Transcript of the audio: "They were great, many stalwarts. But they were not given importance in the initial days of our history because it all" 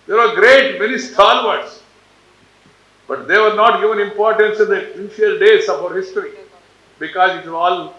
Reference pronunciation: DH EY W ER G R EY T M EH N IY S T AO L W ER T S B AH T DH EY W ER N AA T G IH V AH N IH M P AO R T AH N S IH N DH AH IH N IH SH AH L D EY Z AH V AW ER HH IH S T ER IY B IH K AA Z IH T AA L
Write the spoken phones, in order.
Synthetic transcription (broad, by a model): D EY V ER G R EY T M EH N IY S T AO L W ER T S B AH T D EY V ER N AA T G IH V AH N IH M P AO R T AH N S IH N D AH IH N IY AH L D EY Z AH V AW ER HH IH S T ER IY B IH K AA Z IH T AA L